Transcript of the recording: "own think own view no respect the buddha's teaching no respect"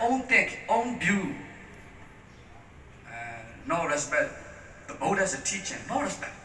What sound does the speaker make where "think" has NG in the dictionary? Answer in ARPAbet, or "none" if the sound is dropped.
none